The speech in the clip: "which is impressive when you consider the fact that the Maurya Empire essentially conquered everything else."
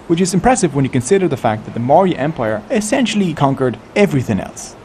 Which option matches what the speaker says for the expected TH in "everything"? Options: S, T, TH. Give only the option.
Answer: TH